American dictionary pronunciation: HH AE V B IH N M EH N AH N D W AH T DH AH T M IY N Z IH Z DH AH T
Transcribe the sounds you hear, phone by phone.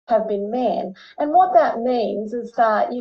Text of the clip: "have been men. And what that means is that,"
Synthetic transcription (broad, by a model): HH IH V B IH N M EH N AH N W AH T DH AH T M IY N Z IH Z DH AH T